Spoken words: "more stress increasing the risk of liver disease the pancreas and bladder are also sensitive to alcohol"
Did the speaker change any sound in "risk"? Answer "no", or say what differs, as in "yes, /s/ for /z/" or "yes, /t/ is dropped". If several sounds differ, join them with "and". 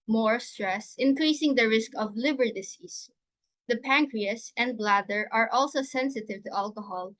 no